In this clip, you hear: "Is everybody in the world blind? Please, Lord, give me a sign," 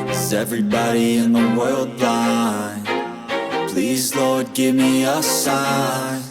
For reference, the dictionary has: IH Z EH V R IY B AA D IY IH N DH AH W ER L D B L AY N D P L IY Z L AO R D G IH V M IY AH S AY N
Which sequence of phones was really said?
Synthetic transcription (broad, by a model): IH Z EH V R IY B AA D IY IH N DH AH W ER L D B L AY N P L IY Z L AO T G IH V M IY AH S AY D